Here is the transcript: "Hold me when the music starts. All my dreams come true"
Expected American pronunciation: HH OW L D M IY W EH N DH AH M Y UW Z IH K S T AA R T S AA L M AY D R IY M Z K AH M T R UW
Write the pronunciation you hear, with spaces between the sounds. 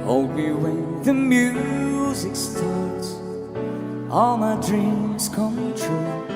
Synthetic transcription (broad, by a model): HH OW L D M IY W EH N DH AH M Y UW Z IH K S T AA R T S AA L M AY D R IY M Z K AH M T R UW